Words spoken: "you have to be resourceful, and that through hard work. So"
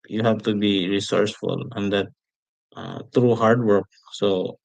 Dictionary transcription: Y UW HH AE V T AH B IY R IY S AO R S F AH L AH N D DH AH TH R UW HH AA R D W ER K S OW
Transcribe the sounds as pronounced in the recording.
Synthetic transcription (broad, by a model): Y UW HH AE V T AH B IY R IY S AO R S F AH L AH N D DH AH T R UW HH AA R D W ER K S OW